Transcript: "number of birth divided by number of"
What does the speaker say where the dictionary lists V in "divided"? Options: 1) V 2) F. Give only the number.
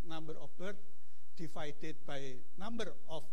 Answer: 2